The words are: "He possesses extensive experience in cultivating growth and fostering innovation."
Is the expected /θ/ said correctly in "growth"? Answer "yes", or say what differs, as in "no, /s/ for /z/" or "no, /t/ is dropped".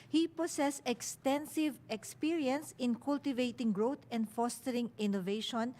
no, /t/ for /θ/